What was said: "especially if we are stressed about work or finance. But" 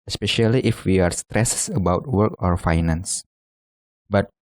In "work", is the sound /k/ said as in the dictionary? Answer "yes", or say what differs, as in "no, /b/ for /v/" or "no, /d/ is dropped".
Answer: yes